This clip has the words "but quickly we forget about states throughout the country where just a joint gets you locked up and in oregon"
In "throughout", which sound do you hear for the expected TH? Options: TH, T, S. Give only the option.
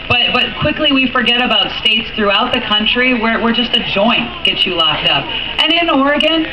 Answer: TH